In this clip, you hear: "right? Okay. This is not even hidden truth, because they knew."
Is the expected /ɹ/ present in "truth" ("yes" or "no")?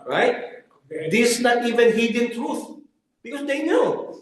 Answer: yes